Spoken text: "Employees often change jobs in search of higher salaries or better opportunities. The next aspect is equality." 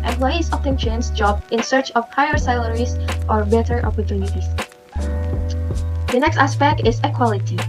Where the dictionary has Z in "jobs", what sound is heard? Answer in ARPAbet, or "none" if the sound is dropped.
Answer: none